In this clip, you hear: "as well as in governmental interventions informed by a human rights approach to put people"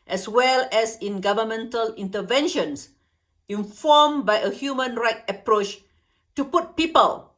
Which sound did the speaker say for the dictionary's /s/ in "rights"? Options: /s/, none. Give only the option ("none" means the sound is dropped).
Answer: none